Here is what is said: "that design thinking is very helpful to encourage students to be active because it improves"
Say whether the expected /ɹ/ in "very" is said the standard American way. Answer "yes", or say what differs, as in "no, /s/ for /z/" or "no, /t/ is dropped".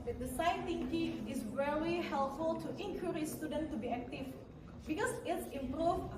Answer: no, /l/ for /ɹ/